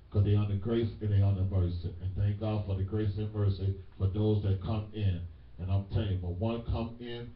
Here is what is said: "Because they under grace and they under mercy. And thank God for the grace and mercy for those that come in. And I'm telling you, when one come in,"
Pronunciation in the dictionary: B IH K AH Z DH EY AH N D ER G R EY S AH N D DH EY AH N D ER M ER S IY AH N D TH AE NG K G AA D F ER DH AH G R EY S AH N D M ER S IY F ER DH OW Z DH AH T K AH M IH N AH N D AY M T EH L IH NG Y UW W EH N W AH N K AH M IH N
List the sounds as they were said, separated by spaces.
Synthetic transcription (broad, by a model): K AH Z DH EY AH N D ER G R EY S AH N DH EY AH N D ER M ER S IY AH N TH AE NG K G AA D F ER DH AH G R EY S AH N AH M ER S IY F ER DH OW Z DH AH T K AH M IH N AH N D AY M T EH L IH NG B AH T W AH N K AH M IH N